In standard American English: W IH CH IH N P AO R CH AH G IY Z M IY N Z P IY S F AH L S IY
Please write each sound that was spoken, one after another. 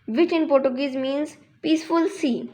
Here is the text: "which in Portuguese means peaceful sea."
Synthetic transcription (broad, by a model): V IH CH IH N P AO R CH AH G IY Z M IY N Z P IY S F AH L S IY